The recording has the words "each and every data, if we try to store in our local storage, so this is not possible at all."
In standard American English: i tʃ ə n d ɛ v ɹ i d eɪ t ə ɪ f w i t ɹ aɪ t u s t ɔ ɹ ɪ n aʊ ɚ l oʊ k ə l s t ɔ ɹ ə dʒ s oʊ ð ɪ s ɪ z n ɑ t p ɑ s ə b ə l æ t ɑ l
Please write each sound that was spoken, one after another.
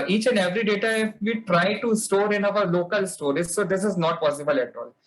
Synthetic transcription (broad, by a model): i tʃ ə n d ɛ v ɹ i d eɪ t ə ɪ f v i t ɹ aɪ t u s t ɔ ɹ ɪ n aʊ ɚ l oʊ k ə l s t ɔ ɹ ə z s oʊ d ɪ s ɪ z n ɑ t p ɑ s ə b ə l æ t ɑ l